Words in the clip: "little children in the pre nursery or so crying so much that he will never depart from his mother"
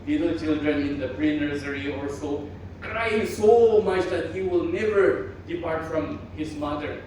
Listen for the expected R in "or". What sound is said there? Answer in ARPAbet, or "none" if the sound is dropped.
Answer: L